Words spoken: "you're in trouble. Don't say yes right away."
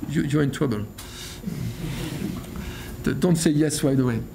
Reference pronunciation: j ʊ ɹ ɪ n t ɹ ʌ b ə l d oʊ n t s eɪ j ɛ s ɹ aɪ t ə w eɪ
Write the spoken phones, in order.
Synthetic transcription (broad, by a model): j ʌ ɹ ɪ n t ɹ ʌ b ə l d oʊ n t s eɪ j ɛ s w aɪ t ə w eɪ